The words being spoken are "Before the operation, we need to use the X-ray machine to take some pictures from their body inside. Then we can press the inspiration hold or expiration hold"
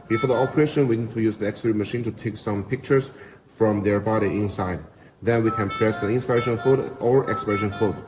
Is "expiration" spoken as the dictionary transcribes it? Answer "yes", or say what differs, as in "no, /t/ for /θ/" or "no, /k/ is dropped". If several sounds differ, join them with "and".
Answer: yes